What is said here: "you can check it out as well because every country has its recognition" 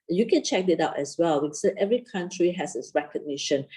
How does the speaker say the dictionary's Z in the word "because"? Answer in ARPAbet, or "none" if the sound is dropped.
none